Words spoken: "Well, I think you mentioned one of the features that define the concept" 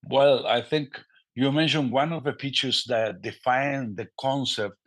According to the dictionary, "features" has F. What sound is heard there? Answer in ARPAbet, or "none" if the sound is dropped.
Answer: P